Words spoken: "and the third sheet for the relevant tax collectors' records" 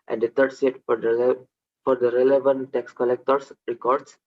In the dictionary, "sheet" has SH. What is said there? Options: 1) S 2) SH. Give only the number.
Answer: 1